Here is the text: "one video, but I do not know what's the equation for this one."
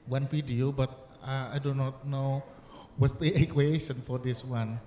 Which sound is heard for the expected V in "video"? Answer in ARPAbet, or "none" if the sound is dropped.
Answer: F